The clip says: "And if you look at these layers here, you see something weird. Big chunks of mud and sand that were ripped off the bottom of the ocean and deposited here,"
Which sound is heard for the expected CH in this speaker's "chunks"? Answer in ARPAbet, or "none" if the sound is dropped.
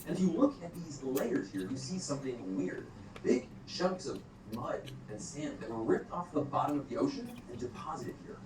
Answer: SH